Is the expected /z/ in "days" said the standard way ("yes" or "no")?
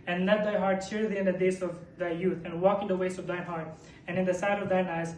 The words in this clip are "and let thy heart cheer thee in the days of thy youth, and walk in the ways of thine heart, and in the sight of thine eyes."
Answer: no